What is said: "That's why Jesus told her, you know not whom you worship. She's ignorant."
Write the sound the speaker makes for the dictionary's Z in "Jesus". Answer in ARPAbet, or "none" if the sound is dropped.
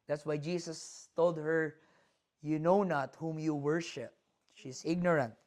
S